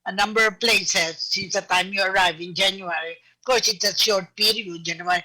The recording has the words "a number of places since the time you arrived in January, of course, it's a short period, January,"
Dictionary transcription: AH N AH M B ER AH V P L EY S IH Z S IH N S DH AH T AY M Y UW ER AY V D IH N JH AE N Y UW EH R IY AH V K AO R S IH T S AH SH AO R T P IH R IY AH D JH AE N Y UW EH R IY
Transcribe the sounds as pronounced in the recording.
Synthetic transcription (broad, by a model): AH N AH M B ER AH V P L EY S IH Z S IH N S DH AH T AY M Y UW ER AY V IH N JH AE N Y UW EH R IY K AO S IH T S AH SH AO R T P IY R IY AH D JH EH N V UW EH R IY